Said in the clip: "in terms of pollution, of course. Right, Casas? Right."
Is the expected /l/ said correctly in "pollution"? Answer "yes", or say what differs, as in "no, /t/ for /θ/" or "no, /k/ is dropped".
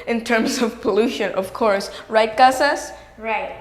yes